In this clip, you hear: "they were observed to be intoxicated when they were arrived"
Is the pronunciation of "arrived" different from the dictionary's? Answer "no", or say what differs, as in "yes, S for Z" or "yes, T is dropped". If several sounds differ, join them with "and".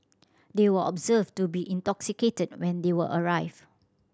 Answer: yes, D is dropped